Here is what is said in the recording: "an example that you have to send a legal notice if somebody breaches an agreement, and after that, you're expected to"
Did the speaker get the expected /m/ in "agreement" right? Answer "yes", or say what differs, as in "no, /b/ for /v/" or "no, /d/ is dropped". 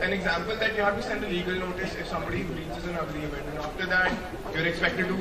no, /m/ is dropped